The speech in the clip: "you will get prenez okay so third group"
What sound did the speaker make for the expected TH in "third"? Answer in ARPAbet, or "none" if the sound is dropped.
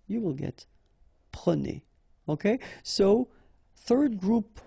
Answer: TH